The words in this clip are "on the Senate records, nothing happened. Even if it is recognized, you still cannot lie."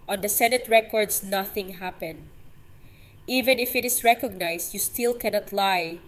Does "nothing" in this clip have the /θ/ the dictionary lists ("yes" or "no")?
yes